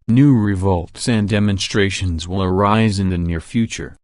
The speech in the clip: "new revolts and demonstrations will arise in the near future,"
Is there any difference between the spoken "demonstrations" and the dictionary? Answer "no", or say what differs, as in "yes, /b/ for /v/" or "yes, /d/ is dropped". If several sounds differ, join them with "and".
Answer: no